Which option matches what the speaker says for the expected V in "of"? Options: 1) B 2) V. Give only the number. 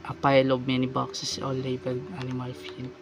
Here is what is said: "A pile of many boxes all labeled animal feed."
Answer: 1